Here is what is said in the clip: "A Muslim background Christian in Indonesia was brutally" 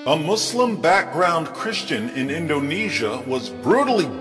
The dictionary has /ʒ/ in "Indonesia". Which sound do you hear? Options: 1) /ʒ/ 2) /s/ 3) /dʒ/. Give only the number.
1